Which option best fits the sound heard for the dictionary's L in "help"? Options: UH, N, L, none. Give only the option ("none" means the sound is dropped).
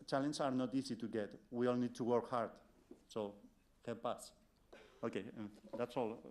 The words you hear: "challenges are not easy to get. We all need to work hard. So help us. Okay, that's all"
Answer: none